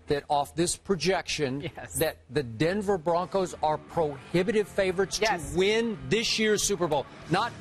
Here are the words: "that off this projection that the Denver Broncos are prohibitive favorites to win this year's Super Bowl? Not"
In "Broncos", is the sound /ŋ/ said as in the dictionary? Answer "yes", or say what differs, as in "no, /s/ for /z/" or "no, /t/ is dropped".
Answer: yes